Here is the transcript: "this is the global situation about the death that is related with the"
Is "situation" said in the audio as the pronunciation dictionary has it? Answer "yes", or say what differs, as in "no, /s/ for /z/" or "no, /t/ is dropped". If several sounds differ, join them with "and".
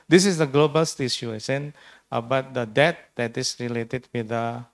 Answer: no, /ʃ/ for /tʃ/ and /s/ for /ʃ/